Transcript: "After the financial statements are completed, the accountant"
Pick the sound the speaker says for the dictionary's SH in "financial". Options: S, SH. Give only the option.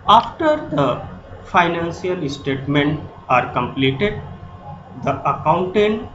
S